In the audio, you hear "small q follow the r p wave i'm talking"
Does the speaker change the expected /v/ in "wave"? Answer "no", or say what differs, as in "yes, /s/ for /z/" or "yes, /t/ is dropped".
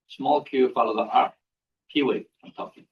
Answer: yes, /v/ is dropped